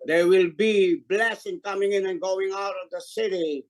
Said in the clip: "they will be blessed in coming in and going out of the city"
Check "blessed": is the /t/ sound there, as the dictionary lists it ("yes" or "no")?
no